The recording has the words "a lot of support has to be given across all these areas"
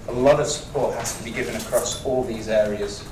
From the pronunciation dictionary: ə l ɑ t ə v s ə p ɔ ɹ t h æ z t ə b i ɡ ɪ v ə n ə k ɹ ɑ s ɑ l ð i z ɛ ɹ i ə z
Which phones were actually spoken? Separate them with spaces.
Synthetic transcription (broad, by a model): ə l ɑ t ə v s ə p ɔ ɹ t h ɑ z t ə b i ɡ ɪ v ə n ə k ɹ ɑ s ɑ l ð i z ɛ ɹ i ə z